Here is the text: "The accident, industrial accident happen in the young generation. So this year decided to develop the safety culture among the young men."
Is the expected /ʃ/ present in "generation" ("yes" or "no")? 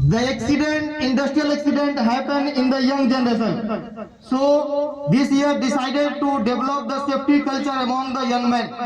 no